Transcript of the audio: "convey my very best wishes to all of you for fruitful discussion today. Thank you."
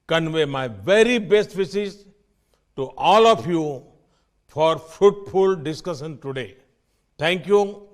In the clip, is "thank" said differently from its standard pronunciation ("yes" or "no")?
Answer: yes